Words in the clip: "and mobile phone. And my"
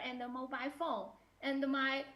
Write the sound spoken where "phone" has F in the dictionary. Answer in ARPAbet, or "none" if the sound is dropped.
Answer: F